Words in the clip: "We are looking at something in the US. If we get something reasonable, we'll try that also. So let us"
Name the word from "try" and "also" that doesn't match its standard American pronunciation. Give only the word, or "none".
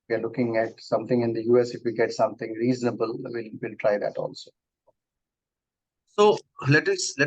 none